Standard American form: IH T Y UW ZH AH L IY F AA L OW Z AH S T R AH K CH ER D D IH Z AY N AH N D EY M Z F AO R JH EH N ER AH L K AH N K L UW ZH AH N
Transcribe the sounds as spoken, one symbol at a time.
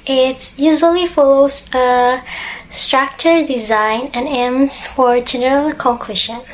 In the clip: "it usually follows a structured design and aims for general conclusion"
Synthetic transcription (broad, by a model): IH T Y UW ZH AH L IY F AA L OW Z AH S T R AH K CH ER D D IH Z AY N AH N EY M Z F AO R JH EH N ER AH L K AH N K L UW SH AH N